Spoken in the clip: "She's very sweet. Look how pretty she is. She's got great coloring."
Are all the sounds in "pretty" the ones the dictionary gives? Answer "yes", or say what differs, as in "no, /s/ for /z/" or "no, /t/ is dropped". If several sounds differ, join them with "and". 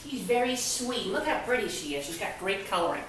no, /b/ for /p/